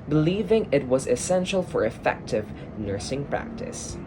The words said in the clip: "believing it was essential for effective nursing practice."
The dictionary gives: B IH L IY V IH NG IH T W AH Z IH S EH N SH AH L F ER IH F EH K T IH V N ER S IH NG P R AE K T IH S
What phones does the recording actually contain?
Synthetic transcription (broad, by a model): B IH L IY V IH NG IH T W AH Z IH S EH N SH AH L F ER IH F EH K T IH V N ER S IH NG P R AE K T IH S